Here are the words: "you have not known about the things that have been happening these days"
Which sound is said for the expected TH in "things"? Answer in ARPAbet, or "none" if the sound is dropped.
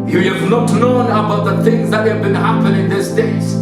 TH